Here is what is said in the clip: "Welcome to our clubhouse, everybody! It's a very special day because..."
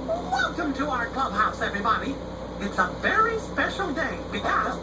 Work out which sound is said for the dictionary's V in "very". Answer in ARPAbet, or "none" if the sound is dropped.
V